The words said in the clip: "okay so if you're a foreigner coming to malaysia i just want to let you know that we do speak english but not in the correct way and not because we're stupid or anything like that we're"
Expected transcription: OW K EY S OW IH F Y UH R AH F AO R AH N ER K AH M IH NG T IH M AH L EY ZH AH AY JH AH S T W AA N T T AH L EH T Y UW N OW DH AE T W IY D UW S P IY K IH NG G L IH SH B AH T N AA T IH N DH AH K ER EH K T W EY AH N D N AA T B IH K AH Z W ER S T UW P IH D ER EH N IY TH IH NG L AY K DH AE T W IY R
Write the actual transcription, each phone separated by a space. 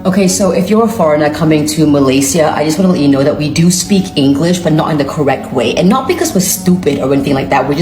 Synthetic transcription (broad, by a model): OW K EY S OW IH F Y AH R AH F AO R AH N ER K AH M IH NG T IH M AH L EY S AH AY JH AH S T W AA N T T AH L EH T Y N OW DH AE T W IY D UW S P IY K IH NG G L IH SH B AH T N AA T IH N DH AH K ER EH K T W EY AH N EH N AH T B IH K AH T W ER S T UW P IH D ER EH N IY TH IH NG L AY K DH AE T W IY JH